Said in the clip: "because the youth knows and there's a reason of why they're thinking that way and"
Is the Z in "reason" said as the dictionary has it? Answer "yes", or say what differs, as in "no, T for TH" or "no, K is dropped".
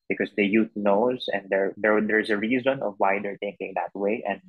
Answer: yes